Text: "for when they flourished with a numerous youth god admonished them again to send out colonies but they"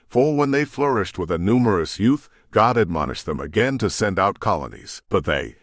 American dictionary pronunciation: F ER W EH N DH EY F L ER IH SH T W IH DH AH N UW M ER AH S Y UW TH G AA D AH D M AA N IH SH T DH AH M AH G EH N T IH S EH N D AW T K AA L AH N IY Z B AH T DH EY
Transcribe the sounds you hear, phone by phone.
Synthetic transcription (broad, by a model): F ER W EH N DH EY F L ER IH SH T W IH DH AH N UW M ER AH S Y UW TH G AA D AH D M AA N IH SH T DH AH M AH G EH N T IH S EH N D AW T K AA L AH N IY Z B AH T DH EY